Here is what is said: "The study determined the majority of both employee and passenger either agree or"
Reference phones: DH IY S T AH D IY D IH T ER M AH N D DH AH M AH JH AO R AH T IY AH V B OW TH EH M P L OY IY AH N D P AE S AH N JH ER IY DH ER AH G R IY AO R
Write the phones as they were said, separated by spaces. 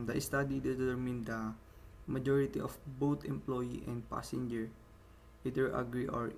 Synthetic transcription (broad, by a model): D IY S T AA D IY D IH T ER M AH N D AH M AH JH AO R AH T IY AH F B OW T EH M P L OY IY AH N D P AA S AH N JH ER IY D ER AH G R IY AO R